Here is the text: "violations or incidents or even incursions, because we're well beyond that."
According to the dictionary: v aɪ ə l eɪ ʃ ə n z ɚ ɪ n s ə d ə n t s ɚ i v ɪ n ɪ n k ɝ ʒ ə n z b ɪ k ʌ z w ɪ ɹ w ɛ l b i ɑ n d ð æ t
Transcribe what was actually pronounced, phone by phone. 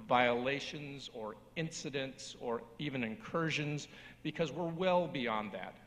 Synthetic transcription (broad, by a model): v aɪ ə l eɪ ʃ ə n z ɚ ɪ n s ə d ə n t s ɚ i v ɪ n ɪ n k ɝ ʒ ə n z b ɪ k ʌ z w ɪ ɹ w ɛ l b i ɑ n ð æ t